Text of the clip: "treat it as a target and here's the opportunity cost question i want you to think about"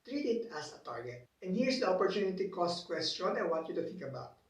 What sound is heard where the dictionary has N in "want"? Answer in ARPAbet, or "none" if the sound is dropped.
none